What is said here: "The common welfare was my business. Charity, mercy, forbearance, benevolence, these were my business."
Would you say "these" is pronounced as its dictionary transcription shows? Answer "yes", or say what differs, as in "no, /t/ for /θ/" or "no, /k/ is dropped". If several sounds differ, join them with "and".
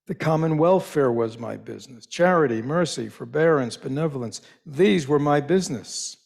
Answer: yes